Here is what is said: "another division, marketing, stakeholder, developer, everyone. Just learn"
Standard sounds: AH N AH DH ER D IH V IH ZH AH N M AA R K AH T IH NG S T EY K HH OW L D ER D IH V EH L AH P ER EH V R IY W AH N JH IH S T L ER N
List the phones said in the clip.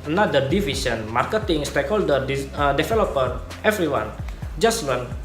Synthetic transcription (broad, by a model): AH N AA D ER D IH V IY S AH N M AA R K AH T IH NG S T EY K HH OW L D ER D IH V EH L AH P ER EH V R IY W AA N JH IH S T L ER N